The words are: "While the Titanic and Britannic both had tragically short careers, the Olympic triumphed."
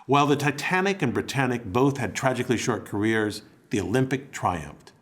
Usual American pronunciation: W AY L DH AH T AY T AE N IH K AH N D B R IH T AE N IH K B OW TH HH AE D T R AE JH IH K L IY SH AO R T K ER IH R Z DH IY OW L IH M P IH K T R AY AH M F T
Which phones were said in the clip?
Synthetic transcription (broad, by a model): W AY L DH AH T AY T AE N IH K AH N B R IH T AE N IH K B OW TH HH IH D T R AE JH IH K L IY SH AO R T K ER IH R Z DH IY OW L IH M P IH K T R AY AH M F T